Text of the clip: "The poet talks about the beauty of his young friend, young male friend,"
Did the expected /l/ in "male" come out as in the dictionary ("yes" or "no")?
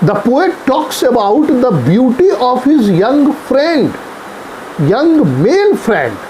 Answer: no